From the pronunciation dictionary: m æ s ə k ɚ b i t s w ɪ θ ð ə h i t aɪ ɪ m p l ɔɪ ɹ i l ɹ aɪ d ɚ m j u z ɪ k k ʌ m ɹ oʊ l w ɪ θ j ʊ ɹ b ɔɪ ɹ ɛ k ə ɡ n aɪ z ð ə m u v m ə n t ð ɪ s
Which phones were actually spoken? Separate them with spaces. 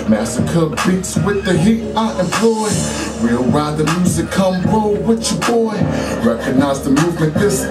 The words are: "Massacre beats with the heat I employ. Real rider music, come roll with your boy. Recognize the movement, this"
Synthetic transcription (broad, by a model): m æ s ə k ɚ b i t s w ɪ ð ə h i t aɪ ɪ m p l ɔɪ w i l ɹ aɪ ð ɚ m j u z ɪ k k ʌ m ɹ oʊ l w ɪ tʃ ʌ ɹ b ɔɪ ɹ ɛ k ə ɡ n aɪ z ð ə m u v m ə n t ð ɪ s